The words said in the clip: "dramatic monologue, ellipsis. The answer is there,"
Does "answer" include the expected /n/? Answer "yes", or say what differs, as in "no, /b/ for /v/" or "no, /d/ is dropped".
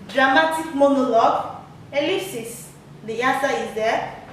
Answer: no, /n/ is dropped